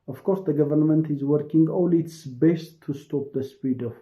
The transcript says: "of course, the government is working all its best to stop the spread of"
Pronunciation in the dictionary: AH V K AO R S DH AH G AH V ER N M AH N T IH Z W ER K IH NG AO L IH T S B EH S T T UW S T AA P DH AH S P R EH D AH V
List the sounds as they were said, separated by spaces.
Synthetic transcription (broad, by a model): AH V K AO R S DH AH G AH V ER N M AH N T IH Z W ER K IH NG AO L IH T S B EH S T T UW S T AA P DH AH S P IY D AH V